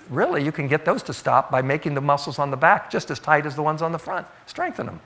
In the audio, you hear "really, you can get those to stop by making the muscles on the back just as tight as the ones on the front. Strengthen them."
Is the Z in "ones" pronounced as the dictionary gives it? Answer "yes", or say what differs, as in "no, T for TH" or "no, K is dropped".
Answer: yes